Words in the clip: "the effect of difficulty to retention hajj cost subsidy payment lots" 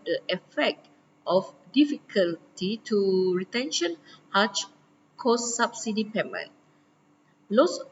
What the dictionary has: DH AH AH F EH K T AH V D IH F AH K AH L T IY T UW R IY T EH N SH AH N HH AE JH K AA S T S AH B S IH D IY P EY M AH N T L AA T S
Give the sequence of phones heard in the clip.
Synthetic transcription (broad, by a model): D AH AH F EH K T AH F D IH F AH K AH L T IY T UW R IY T EH N SH AH N HH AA CH K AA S S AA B S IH D IY P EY M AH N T L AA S